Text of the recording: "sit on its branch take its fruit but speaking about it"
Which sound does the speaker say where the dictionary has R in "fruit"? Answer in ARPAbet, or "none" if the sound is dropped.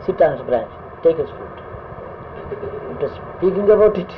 none